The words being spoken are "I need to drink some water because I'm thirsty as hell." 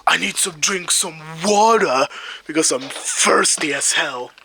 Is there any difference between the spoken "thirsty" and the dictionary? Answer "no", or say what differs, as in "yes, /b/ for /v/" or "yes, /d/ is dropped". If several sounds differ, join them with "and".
yes, /f/ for /θ/